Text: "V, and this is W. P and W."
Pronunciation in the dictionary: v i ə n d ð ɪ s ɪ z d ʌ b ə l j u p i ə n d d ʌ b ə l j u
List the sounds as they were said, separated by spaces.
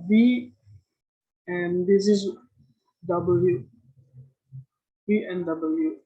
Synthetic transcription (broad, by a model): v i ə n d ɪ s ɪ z d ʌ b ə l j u b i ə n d d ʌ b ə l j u